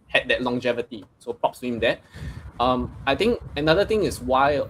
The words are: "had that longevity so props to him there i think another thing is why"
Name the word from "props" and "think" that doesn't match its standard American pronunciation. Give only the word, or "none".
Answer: think